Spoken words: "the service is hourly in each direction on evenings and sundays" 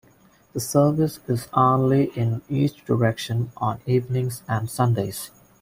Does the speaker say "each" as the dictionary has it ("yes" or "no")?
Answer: no